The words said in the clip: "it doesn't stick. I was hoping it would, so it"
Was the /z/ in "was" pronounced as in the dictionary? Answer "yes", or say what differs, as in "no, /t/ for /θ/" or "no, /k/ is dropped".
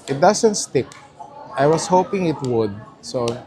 no, /s/ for /z/